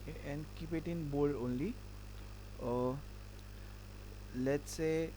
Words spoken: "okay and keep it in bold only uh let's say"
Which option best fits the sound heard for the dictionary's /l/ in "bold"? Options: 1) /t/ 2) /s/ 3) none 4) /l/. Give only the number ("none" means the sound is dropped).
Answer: 3